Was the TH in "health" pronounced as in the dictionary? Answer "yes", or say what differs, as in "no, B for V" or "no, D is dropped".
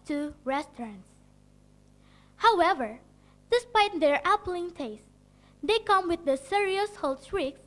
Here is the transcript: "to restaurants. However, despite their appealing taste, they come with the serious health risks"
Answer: no, S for TH